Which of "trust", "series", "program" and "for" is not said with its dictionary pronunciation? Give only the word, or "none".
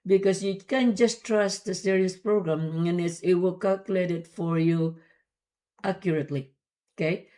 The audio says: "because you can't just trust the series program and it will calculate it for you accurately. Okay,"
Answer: series